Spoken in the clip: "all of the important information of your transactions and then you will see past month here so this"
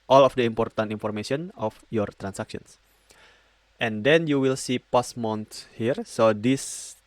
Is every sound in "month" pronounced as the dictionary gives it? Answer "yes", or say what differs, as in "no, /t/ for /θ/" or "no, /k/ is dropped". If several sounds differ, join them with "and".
no, /s/ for /θ/